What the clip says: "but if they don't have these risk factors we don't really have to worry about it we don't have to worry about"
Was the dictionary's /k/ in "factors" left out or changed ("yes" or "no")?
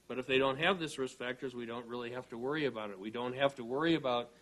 no